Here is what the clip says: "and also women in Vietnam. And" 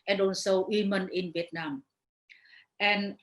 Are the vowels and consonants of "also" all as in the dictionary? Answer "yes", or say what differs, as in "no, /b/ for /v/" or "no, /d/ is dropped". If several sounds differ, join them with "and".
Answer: no, /n/ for /l/